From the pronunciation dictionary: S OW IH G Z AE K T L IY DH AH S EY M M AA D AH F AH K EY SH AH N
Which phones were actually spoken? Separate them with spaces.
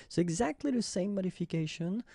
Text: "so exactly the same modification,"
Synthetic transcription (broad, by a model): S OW IH G Z AE K T L IY DH AH S EY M M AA D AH F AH K EY SH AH N